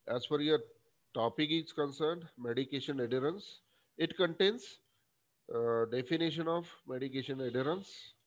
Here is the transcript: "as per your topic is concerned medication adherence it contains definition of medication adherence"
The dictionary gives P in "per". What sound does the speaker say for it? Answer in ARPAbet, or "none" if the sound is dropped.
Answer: F